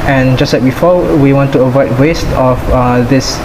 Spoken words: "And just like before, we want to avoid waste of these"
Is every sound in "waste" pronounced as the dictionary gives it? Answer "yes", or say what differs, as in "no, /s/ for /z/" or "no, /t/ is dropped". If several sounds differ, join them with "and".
yes